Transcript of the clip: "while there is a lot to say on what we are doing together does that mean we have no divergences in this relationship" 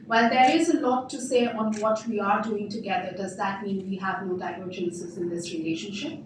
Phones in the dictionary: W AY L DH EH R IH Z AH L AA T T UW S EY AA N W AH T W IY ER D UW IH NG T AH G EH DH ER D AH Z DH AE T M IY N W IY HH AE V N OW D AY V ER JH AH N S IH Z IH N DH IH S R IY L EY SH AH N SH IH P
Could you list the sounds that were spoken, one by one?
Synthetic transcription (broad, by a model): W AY L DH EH R IH Z AH L AA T T UW S EY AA N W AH T W IY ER D UW IH NG T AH G EH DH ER D AH Z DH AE T M IY N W IY HH AE V N OW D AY ER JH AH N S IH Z IH N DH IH S R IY L EY SH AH N SH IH P